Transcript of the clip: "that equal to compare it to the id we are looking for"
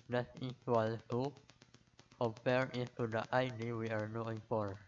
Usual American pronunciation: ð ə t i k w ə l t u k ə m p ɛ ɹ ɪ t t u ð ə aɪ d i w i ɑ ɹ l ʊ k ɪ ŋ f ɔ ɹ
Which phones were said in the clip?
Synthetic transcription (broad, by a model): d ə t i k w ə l t u k ə m p ɛ ɹ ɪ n t u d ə aɪ d i w i ɑ ɹ n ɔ ɪ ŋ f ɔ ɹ